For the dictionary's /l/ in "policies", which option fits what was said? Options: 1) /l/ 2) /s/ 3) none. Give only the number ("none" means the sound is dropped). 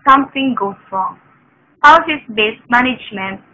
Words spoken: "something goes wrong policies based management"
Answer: 3